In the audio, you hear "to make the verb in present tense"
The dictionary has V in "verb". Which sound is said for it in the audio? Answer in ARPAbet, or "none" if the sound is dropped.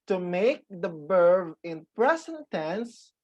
B